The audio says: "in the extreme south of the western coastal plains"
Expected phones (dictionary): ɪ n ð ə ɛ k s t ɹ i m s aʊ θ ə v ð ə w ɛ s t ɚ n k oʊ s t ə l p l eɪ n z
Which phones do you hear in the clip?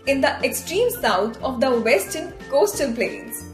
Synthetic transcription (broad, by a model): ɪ n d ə ɛ k s t ɹ i m s aʊ t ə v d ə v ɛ s t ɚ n k oʊ s t ə l p l eɪ n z